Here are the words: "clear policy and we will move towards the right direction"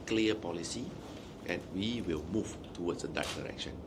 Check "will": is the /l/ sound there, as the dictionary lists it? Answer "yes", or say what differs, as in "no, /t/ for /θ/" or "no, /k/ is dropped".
yes